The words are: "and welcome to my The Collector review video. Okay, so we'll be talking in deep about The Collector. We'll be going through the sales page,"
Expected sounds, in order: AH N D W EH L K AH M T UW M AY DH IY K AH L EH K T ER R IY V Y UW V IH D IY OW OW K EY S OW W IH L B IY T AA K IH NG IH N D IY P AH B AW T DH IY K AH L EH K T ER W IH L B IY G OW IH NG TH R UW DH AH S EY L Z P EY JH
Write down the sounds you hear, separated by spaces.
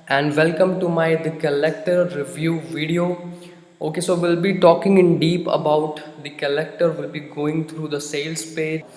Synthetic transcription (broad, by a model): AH N D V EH L K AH M T UW M AY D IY K AH L EH K T ER R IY V Y UW V IH D IY OW OW K EY S OW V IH L B IY T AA K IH NG IH N D IY P AH B AW T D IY K AH L EH K T ER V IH L B IY G OW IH NG T R UW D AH S EY L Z P EY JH